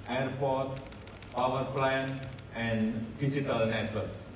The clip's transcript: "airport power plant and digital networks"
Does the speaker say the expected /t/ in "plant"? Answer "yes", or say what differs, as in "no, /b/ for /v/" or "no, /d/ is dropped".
no, /t/ is dropped